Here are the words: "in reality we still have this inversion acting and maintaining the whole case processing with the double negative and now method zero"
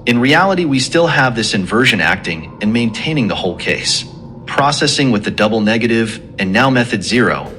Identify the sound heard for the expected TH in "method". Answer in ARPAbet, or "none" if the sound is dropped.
TH